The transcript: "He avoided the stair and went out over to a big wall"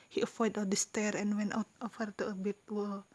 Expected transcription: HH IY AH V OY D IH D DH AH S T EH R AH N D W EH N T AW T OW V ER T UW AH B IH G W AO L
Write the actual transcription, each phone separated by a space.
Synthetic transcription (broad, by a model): HH IY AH F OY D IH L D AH S T EH R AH N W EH N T AW T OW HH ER T UW AH B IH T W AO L